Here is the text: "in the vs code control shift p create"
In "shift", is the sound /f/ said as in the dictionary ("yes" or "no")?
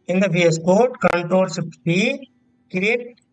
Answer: no